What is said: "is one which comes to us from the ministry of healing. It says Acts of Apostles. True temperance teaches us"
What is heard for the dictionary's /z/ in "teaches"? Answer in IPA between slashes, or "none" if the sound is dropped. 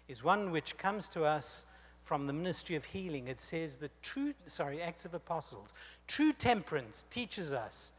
/z/